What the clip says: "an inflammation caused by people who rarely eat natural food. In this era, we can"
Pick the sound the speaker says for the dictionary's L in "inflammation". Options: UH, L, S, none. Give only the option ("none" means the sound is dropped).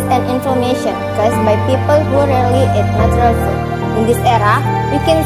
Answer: none